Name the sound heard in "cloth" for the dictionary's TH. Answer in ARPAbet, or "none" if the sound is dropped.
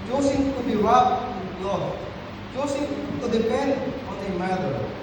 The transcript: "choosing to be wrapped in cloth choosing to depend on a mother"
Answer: F